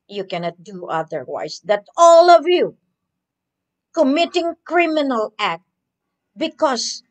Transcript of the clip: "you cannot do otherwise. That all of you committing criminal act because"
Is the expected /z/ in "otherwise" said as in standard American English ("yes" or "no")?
no